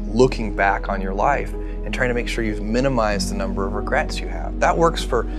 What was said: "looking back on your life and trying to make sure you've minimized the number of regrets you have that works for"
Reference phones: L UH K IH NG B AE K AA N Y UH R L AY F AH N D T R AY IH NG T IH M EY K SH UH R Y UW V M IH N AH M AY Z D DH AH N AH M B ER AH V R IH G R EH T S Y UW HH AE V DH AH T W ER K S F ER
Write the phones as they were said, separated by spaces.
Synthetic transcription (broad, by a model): L UH K IH NG B AE K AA N Y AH R L AY F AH N T R AY IH NG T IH M EY K SH UH R Y UW V M IH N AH M AY Z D DH AH N AH M B ER AH V R IH G R EH T S Y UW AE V DH AH T W ER K S F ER